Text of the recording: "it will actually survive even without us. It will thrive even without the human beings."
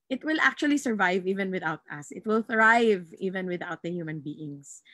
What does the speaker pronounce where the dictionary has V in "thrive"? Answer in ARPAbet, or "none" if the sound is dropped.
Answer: V